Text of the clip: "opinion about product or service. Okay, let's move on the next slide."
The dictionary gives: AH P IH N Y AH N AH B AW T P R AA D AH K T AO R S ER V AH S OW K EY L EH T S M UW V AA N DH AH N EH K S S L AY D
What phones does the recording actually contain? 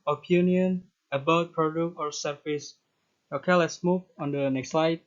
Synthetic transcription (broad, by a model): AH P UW N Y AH N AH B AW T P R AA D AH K AO R S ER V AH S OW K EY L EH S M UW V AA N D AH N EH K S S L AY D